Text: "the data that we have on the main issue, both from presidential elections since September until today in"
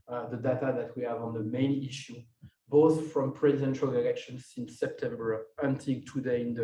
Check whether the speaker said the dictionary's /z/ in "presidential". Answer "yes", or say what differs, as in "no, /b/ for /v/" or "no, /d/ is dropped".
yes